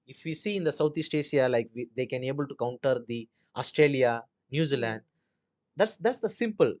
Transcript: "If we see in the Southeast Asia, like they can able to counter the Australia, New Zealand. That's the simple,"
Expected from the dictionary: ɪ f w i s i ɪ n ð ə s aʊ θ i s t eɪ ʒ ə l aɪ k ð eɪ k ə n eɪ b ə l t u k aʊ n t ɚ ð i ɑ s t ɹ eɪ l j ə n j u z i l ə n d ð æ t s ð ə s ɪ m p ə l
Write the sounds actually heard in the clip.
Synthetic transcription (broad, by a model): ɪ f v i s i ɪ n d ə s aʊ t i s t eɪ ʃ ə l aɪ k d eɪ k ə n eɪ b ə l t u k aʊ n t ɚ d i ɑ s t ɹ eɪ l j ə n j u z i l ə n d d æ t s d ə s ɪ m p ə l